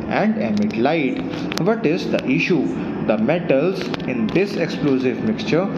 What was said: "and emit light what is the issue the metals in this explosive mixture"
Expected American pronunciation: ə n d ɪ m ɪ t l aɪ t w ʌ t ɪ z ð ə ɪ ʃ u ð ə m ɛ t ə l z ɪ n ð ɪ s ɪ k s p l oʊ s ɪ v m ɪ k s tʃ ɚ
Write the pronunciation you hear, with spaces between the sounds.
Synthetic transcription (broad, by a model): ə n d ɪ m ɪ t l aɪ t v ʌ t ɪ z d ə ɪ ʃ u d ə m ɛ t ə l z ɪ n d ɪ s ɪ k s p l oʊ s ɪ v m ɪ k s tʃ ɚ